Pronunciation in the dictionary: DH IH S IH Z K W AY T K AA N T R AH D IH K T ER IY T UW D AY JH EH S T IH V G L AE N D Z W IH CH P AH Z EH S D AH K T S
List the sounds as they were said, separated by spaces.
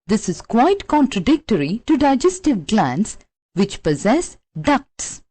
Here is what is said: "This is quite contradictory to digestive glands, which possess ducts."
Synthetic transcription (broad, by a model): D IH S IH Z K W AY T K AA N T R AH D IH K T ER IY T UW D AY JH EH S T IH V G L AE N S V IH CH P AH Z EH S D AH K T S